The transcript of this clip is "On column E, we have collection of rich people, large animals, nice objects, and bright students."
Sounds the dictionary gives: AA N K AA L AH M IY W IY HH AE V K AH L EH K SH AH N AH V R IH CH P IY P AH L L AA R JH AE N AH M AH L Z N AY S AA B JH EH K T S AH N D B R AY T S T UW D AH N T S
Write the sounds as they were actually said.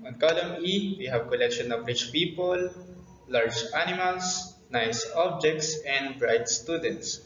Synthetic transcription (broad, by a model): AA N K AA L AH M IY W IY HH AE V K AH L EH K SH AH N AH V R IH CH P IY P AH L L AA R JH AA N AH M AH L S N AY S AA B JH EH K T S AH N D B R AY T S T UW D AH N T S